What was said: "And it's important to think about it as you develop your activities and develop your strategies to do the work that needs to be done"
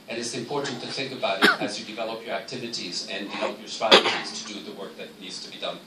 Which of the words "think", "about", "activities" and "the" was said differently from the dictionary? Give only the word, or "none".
none